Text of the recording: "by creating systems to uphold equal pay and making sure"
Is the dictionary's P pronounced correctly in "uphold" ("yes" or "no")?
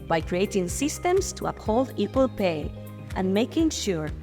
yes